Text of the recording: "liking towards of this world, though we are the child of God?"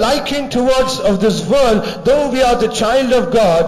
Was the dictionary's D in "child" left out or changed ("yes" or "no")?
no